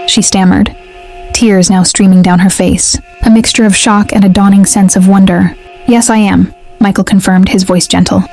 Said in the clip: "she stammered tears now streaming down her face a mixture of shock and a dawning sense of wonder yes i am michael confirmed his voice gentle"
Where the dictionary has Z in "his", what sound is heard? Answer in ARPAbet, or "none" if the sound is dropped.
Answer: Z